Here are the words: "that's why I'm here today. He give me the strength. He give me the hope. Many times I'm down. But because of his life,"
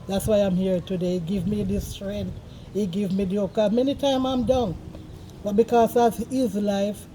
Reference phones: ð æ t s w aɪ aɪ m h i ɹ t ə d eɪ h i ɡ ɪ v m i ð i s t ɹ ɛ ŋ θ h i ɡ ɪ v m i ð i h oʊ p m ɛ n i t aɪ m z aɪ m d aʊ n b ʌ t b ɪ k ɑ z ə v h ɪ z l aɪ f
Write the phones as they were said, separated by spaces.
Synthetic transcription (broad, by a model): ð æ t s w aɪ aɪ m h i ɹ t ə d eɪ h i ɡ ɪ v m i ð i s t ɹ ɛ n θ h i ɡ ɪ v m i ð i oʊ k m ɛ n i t aɪ m aɪ m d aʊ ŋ b ʌ t b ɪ k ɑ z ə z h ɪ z l aɪ f